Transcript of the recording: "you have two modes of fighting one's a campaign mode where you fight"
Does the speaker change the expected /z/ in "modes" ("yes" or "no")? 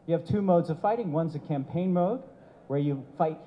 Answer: no